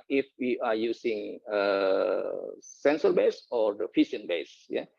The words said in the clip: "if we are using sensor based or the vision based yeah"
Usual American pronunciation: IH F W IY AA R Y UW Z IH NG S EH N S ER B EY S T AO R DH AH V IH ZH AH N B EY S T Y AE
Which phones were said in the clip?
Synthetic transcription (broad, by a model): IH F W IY AA R Y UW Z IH NG S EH N S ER B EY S AO R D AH F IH SH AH N B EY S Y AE